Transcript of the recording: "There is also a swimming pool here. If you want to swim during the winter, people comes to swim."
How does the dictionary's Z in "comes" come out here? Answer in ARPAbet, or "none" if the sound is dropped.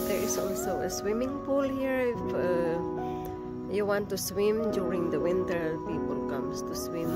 S